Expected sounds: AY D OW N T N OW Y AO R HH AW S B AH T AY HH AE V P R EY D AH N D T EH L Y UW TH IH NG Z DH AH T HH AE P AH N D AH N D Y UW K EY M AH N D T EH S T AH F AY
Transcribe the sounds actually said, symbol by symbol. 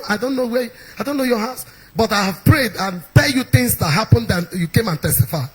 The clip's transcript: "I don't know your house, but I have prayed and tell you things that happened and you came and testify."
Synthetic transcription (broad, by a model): AY D OW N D N OW Y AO HH AW S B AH T AY HH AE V P R EY D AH N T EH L Y UW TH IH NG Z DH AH T HH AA P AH N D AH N Y UW K EY M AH N T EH S T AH F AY